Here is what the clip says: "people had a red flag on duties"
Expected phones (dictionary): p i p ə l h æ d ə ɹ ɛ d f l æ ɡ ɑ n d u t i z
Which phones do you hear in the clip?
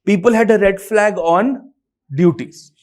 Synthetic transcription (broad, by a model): p i p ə l h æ d ə ɹ ɛ d f l æ ɡ ɑ n d u t i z